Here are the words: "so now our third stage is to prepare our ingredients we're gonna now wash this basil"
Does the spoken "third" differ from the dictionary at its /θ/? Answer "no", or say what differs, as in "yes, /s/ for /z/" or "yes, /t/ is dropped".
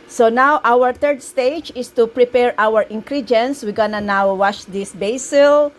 yes, /t/ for /θ/